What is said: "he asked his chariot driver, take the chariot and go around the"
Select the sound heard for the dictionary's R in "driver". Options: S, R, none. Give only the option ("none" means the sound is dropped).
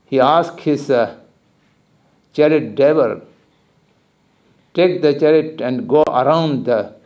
none